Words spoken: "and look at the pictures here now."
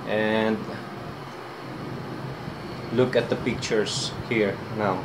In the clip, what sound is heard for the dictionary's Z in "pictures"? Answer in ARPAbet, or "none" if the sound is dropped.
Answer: S